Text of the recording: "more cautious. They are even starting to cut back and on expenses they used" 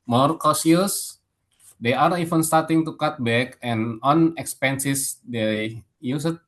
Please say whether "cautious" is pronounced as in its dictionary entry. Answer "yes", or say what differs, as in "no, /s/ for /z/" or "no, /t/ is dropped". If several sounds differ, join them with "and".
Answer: no, /s/ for /ʃ/